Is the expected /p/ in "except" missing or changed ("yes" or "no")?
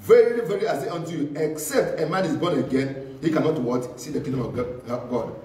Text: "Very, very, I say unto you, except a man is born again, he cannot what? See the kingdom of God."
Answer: no